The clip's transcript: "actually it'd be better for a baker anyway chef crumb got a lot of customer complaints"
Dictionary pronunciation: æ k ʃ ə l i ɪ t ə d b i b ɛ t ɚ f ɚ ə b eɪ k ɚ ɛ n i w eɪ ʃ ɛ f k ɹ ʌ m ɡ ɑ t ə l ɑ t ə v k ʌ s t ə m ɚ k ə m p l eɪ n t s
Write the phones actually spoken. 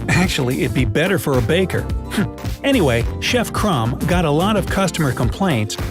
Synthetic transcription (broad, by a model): æ k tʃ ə l i t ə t b i b ɛ t ɚ f ɚ ə b eɪ k ɚ ɛ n i w eɪ ʃ ɛ f k ɹ ʌ m ɡ ɑ t ə l ɑ t ə v k ʌ s t ə m ɚ k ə m p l eɪ n t s